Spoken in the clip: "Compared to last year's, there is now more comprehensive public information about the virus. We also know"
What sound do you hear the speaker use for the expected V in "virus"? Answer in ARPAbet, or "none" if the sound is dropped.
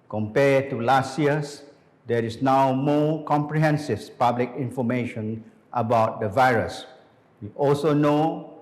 V